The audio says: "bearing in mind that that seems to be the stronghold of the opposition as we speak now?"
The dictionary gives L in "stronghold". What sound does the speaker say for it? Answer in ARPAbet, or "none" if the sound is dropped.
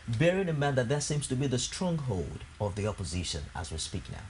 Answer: L